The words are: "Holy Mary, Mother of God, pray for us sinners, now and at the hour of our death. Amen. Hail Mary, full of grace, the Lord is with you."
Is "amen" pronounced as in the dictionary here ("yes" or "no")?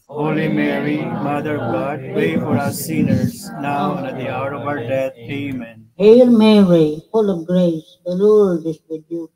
yes